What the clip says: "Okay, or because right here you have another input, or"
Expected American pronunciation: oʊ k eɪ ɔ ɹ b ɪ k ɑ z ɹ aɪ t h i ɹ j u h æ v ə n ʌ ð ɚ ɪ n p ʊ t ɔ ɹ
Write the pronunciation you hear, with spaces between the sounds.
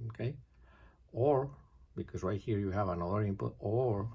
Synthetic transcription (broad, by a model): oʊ k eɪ ɔ ɹ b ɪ k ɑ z w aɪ h i ɹ j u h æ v ə n ʌ ð ɚ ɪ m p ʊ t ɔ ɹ